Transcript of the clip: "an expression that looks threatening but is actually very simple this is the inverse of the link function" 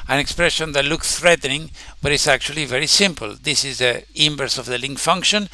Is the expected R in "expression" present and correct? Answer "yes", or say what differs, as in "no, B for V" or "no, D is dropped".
yes